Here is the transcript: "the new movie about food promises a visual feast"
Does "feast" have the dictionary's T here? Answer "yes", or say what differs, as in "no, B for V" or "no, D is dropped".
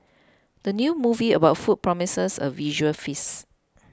no, T is dropped